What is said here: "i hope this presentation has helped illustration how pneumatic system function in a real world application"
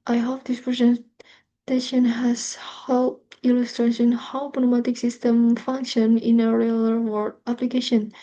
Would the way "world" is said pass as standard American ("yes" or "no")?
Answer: no